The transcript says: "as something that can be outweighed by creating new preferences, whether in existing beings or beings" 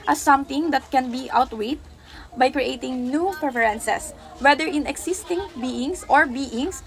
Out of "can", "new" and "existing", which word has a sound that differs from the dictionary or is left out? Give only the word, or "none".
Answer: existing